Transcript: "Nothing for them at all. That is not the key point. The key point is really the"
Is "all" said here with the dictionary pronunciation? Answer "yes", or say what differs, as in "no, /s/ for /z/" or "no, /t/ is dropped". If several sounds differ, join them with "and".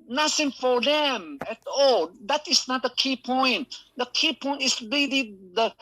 yes